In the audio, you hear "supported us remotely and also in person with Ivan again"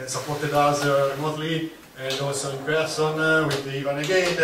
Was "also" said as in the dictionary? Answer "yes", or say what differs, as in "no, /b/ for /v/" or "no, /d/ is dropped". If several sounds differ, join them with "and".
no, /l/ is dropped